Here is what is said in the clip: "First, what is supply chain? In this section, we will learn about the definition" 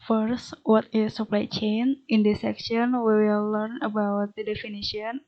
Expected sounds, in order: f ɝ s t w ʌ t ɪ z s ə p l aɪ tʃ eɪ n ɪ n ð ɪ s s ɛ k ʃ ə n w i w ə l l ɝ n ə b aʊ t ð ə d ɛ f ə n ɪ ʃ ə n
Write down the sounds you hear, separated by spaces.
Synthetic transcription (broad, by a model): f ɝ s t w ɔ t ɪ s ə p l aɪ tʃ eɪ n ɪ n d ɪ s s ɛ k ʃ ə n w i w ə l l ɝ n ə b aʊ t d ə d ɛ f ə n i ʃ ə n